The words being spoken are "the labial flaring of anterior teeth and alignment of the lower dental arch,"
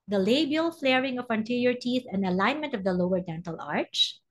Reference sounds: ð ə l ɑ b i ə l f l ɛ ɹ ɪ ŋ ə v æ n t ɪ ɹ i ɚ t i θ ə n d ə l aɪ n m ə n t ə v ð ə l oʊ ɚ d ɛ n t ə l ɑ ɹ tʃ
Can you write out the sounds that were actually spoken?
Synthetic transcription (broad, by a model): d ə l ɑ b i ə l f l ɛ ɹ ɪ ŋ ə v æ n t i ɹ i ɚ t i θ ə n d ə l aɪ n m ə n t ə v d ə l oʊ ɚ d ɛ n t ə l ɑ ɹ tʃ